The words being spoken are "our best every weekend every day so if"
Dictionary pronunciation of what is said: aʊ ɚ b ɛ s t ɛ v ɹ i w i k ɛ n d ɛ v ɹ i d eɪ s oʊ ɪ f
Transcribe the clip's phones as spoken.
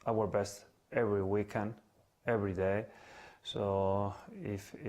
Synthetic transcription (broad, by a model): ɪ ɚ b ɛ s t ɛ v ɹ i w i k ɛ n d ɛ v ɹ i d eɪ s oʊ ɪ f